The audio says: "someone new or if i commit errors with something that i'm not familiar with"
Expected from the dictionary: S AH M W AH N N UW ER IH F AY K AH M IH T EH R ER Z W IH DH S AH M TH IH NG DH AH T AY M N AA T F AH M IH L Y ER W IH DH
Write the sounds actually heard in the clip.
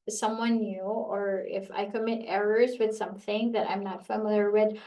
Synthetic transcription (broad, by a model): S AH M W AH N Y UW ER IH F AY K AH M IH T EH R ER Z W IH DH S AH M TH IH NG DH AH T AY M N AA T F AH M IH L Y ER W IH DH